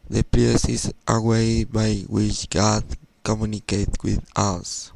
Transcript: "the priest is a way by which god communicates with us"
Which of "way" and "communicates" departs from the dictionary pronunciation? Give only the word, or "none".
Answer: communicates